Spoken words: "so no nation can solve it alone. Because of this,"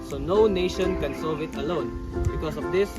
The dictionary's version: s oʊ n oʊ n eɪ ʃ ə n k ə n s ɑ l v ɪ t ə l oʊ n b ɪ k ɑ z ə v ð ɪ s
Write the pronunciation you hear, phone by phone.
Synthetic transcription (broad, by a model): s oʊ n oʊ n eɪ ʃ ə n k ə n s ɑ v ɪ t ə l oʊ n b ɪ k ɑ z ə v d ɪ s